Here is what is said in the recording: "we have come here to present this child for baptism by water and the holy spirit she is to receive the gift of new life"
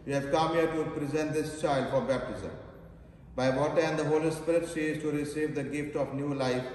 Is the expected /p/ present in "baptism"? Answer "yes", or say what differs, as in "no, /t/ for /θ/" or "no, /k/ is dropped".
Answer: yes